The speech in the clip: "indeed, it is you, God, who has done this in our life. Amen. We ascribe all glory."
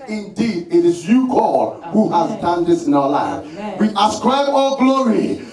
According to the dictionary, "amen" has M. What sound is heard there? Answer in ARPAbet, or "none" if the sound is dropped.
none